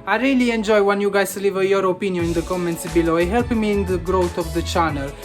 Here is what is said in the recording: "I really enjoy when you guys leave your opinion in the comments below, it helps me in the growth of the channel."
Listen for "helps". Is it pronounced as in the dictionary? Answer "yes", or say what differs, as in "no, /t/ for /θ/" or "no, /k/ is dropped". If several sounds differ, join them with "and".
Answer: no, /s/ is dropped